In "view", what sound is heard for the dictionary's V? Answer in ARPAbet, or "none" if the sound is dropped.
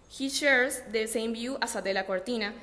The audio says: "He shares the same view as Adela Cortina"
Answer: B